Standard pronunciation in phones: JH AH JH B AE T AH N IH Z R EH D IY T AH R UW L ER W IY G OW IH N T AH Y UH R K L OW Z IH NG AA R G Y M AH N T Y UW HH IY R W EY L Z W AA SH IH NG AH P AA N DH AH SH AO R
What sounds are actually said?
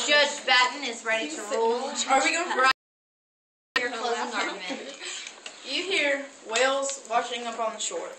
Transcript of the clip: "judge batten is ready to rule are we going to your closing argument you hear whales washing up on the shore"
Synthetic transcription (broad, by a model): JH AH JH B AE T N IH Z R EH D IY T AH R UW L ER W IY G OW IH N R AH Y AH R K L OW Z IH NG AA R Y AH HH IY R W EY L Z W AA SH IH NG AH P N DH AH SH AO R